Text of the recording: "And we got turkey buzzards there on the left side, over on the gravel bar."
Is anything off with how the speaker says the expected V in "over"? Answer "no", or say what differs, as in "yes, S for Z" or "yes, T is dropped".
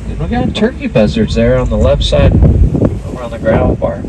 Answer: yes, W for V